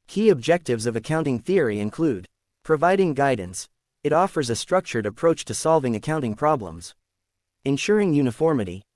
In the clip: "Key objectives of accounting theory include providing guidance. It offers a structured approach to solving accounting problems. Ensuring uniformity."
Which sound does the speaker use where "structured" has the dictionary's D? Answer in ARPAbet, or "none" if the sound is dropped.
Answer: D